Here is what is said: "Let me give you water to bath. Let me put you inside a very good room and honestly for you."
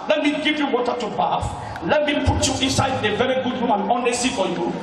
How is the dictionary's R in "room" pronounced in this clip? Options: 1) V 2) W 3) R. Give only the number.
2